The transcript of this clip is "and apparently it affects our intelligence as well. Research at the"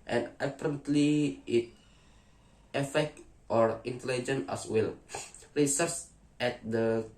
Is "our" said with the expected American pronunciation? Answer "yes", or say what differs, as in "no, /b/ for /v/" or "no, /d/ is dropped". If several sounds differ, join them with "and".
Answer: yes